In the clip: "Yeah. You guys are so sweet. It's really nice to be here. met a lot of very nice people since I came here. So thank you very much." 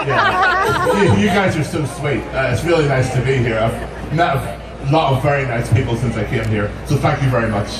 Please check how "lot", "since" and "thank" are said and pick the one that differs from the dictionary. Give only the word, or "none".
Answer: none